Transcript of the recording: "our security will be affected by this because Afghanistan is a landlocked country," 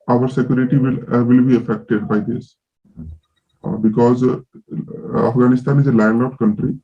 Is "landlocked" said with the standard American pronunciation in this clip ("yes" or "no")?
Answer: no